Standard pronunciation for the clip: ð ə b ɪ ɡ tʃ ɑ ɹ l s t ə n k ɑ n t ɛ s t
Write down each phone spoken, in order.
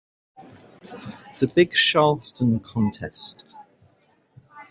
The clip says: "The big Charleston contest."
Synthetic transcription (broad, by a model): ð ə b ɪ ɡ ʃ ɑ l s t ə n k ɑ n t ɛ s t